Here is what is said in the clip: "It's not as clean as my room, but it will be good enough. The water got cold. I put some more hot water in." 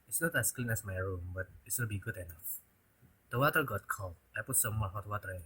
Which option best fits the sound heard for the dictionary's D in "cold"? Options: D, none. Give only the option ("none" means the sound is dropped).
none